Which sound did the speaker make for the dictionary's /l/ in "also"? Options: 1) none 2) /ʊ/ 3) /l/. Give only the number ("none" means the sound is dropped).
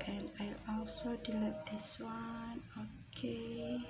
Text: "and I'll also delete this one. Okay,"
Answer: 3